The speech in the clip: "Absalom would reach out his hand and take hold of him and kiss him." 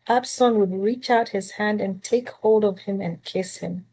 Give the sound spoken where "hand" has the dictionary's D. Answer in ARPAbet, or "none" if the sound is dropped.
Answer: D